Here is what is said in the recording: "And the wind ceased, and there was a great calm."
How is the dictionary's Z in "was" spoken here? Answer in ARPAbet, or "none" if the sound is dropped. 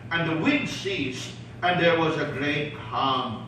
Z